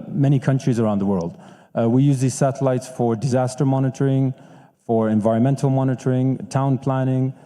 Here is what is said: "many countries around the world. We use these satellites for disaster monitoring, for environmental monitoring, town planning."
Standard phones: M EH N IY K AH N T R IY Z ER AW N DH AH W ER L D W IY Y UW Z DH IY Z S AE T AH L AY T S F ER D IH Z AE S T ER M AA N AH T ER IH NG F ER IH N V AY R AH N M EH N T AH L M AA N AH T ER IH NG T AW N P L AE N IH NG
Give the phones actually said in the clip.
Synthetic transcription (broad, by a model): M EH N IY K AH N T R IY Z ER AW N DH AH W ER L D W IY Y UW Z DH IY Z S AE T AH L AY T S F ER D IH Z AE S T ER M AA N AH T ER IH NG F ER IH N V AY R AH N M EH N T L M AA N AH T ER IH NG T AW N P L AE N IH NG